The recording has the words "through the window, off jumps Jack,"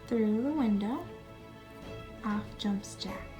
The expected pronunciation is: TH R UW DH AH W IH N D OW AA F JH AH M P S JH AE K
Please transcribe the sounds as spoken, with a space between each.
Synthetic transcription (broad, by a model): TH R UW DH AH W IH N D OW AA F JH AH M P S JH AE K